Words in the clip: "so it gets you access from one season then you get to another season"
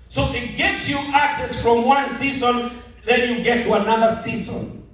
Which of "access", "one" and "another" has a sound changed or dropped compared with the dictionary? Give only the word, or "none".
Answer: none